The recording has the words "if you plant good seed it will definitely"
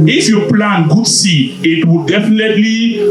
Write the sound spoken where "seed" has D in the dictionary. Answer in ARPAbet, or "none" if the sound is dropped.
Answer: none